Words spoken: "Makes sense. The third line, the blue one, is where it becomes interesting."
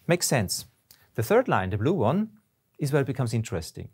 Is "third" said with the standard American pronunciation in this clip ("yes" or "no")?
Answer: yes